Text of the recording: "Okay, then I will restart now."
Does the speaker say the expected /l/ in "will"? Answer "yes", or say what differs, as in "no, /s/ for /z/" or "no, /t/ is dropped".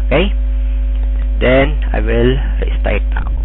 yes